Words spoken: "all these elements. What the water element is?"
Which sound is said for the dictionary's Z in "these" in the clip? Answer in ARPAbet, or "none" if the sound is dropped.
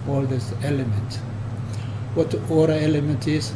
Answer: S